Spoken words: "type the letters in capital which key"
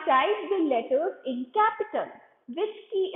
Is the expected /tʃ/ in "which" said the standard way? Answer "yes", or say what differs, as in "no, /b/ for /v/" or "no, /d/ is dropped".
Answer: no, /s/ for /tʃ/